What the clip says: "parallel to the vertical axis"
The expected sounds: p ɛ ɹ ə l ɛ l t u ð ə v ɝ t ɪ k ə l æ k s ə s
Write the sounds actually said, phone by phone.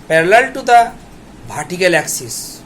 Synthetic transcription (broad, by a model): p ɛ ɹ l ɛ l t u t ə b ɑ t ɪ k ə l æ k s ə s